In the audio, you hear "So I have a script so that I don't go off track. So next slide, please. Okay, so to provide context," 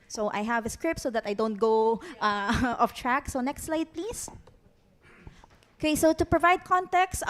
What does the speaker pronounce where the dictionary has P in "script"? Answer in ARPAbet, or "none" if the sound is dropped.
P